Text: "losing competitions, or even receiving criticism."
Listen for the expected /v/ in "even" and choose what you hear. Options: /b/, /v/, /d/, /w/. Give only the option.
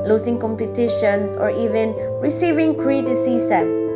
/v/